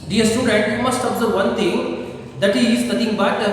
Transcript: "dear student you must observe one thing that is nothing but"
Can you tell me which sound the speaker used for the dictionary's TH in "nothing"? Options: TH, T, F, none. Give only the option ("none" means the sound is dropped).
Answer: T